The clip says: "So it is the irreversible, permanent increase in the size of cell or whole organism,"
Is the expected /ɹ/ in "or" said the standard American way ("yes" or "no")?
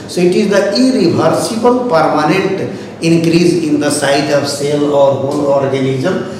yes